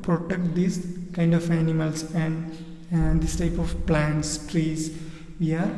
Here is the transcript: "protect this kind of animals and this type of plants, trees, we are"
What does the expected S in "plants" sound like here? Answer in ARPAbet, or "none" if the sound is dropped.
S